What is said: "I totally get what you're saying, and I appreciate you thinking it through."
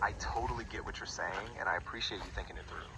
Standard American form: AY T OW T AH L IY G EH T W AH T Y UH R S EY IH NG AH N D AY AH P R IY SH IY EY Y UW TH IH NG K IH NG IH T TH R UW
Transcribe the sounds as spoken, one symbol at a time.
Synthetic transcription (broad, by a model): AY T OW T L IY G EH T W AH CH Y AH R S EY IH NG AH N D AY AH P R IY SH IY EY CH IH TH IH NG K IH NG IH T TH R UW